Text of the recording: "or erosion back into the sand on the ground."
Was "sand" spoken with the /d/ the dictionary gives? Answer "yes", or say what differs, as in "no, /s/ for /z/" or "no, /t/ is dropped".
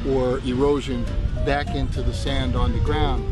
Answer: yes